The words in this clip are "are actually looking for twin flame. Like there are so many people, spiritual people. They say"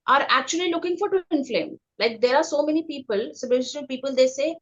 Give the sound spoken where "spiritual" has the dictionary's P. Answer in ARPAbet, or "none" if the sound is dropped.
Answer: none